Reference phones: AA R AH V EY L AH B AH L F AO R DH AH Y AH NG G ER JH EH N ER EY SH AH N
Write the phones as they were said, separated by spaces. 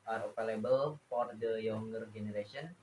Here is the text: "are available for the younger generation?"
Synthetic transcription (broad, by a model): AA R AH P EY L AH B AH L F AO R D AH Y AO NG G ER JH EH N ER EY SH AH N